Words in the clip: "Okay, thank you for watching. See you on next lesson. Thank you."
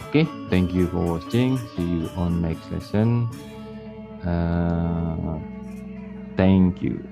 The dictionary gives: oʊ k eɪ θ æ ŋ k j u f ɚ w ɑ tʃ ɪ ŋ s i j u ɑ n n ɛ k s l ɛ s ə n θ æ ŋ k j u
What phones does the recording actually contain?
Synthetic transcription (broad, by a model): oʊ k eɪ t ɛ ŋ k j u f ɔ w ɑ s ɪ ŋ s i j u ɑ n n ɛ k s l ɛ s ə n t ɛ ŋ k j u